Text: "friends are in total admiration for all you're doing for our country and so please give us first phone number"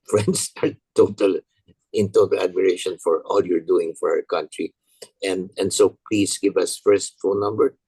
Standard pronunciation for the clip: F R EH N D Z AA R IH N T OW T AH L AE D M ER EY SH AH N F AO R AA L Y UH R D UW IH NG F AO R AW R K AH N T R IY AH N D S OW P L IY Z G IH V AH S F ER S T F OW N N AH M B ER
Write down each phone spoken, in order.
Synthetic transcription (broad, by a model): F R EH N D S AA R IH N T OW T AH L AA D M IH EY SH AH N F AO R AA L Y UH R D UW IH NG F AO R AW R K AH N T R IY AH N D S OW P L IY S G IH V AH S F ER S T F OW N N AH M B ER